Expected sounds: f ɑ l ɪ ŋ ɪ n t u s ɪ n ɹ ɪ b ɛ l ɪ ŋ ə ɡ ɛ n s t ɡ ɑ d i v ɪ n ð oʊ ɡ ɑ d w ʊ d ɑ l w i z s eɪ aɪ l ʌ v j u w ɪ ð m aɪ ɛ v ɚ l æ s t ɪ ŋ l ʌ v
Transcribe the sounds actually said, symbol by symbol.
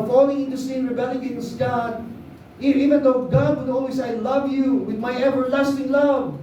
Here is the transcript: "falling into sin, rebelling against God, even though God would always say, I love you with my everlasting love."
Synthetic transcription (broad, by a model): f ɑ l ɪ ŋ ɪ n t u s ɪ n ɹ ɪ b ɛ l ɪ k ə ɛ s ɡ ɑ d i v ɪ n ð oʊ ɡ ɑ d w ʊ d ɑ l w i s aɪ l ʌ v j u w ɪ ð m aɪ ɛ v ɚ l æ s t ɪ ŋ l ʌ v